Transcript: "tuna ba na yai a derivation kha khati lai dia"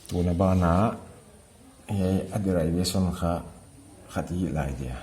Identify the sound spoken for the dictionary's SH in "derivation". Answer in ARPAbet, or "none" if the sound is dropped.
S